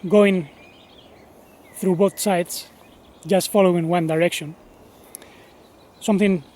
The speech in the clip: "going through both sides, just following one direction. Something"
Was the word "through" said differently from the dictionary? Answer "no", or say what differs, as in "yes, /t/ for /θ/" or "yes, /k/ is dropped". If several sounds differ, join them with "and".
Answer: no